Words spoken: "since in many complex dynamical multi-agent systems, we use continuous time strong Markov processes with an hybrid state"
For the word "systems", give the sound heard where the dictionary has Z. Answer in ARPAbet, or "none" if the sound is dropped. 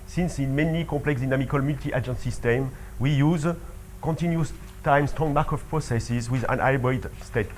none